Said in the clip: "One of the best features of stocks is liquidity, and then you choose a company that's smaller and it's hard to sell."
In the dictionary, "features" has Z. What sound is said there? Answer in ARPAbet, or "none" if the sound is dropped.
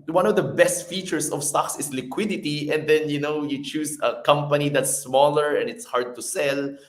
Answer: S